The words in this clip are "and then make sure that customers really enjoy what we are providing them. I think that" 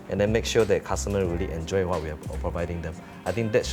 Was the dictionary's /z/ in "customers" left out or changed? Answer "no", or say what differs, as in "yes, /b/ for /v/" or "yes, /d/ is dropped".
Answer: yes, /z/ is dropped